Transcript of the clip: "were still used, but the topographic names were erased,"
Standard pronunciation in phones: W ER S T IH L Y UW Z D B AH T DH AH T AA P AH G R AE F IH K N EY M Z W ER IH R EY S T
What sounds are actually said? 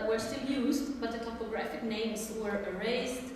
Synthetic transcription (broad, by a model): W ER S T IH L Y UW Z D B AH T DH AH T AA P AH G R AE F IH K N EY M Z W ER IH R EY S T